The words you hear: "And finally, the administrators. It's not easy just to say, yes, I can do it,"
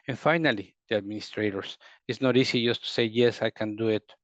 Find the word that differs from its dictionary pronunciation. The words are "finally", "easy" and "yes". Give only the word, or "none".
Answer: easy